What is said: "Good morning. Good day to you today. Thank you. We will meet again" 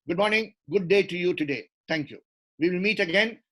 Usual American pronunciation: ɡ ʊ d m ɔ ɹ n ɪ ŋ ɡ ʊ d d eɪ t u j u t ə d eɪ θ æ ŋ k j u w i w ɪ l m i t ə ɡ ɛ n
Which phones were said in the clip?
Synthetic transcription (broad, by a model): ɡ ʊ d m ɔ ɹ n ɪ ŋ ɡ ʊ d d eɪ t u j u t ə d eɪ t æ ŋ k j u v i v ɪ l m i t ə ɡ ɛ n